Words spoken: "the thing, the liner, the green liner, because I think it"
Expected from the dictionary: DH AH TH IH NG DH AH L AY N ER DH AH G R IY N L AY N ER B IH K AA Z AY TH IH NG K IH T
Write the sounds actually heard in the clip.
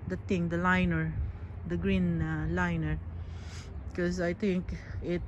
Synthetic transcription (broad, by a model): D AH T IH NG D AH L AY N ER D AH G R IY N L AY N ER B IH K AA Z AY T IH NG K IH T